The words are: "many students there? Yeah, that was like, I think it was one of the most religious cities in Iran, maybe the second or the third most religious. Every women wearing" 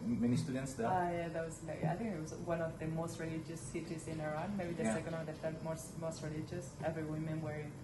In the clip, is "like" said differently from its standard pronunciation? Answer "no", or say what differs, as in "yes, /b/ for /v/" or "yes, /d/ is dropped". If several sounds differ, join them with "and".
yes, /k/ is dropped